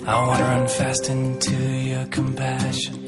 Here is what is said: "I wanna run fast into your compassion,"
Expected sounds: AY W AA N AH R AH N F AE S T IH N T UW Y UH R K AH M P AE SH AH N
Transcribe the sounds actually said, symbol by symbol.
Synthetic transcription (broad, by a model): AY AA AH R AH N F AE S T IH N T UW Y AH R K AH M P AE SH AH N